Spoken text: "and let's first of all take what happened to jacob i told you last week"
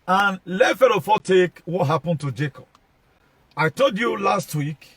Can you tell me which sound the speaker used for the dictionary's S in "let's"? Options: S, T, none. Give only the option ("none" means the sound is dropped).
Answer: none